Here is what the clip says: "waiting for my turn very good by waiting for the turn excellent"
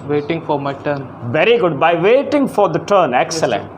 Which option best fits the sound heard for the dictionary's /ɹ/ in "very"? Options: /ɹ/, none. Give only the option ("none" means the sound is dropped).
/ɹ/